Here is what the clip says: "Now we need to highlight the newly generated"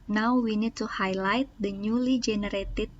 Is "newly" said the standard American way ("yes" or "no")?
yes